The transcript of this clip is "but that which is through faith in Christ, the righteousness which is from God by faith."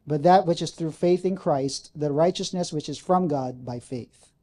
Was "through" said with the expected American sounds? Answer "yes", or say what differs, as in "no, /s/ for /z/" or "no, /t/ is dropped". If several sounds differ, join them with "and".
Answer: yes